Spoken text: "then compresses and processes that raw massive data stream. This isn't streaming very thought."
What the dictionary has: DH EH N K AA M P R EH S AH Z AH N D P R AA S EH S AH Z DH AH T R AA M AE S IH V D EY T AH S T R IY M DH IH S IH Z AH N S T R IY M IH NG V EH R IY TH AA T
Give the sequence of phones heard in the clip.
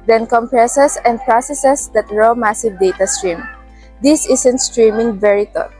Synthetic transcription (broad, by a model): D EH N K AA M P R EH S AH S AH N D P R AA S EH S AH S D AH T R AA M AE S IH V D EY T AH S T R IY M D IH S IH S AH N S T R IY M IH NG V EH R IY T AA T